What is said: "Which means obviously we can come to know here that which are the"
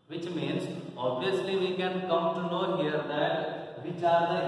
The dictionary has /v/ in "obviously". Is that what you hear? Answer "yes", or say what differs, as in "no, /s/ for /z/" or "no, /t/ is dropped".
no, /v/ is dropped